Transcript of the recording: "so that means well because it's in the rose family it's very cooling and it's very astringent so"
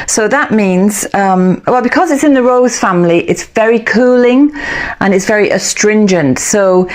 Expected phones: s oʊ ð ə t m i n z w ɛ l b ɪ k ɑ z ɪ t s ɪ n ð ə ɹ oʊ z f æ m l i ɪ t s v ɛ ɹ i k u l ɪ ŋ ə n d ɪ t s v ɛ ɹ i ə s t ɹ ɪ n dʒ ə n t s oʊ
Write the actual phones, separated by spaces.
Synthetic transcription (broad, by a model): s oʊ ð ə t m i n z w ɛ l b ɪ k ɑ z ɪ t s ɪ n ð ə ɹ oʊ z f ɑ m l i ɪ t s v ɛ ɹ i k u l ɪ ŋ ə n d ɪ t s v ɛ ɹ i ə s t ɹ ɪ n dʒ ə n t s oʊ